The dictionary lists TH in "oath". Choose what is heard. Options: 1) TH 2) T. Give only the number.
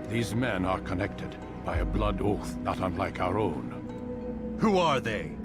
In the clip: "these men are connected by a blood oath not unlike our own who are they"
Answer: 1